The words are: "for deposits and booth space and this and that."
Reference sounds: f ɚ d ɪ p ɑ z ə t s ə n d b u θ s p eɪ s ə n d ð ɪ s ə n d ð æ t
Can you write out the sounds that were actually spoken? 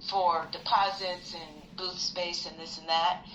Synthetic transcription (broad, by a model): f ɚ d ɪ p ɑ z ə t s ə n b u θ s p eɪ s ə n ð ɪ s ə n ð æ t